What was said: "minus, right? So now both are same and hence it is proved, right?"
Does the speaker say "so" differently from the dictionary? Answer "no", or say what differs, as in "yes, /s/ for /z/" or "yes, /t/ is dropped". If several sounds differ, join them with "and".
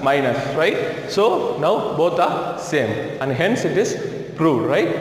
no